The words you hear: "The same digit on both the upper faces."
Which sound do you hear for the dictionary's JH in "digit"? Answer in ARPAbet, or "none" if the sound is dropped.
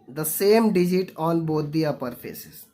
JH